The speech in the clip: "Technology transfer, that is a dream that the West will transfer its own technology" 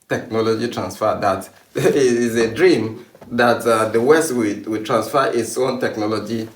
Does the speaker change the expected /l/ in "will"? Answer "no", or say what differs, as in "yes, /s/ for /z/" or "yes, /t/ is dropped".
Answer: yes, /w/ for /l/